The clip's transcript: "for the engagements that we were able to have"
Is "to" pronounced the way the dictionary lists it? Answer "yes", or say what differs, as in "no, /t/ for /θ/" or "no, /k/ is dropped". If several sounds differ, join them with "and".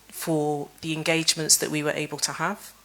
yes